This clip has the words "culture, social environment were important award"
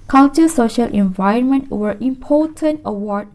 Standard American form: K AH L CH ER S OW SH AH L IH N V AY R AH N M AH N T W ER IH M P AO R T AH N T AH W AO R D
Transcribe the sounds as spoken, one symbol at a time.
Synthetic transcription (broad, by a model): K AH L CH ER S OW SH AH L IH N V AY R AH N M AH N T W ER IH M P AO T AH N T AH W AO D